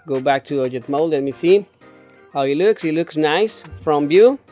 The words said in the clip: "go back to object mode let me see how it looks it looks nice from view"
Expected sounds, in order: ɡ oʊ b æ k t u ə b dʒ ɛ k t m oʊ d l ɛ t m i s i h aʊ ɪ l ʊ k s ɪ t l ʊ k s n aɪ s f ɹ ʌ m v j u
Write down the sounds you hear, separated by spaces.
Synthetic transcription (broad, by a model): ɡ oʊ b æ k t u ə dʒ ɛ t m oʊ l l ɛ t m i s i h aʊ ɪ l ʊ k s ɪ t l ʊ k s n aɪ s f ɹ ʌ m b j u